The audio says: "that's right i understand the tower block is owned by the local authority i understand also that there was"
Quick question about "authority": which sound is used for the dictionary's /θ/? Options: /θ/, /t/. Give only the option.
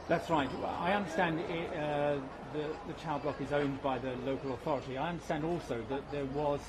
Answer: /θ/